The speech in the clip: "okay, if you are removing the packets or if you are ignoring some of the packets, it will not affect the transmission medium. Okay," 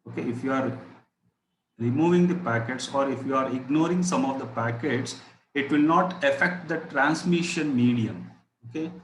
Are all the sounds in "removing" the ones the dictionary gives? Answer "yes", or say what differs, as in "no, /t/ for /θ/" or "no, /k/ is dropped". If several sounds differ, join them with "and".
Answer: yes